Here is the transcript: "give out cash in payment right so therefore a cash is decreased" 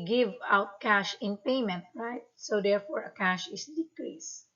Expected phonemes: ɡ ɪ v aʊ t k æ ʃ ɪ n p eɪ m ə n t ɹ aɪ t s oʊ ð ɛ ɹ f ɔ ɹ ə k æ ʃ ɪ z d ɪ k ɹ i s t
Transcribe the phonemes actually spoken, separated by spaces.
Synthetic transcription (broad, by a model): ɡ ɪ v aʊ t k æ ʃ ɪ n p eɪ m ə n t ɹ aɪ t s oʊ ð ɛ ɹ f ɔ ɹ ə k æ ʃ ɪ s d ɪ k ɹ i s